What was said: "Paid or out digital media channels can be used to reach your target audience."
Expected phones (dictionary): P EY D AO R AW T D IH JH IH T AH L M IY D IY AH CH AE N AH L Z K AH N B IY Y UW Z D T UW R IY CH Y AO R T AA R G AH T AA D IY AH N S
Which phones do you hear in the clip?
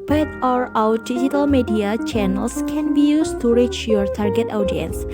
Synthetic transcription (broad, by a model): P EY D AO R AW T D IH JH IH T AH L M IY D IY AH CH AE N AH L S K AH N B IY Y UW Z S T UW R IY CH Y AO R T AA R G AH T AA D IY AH N S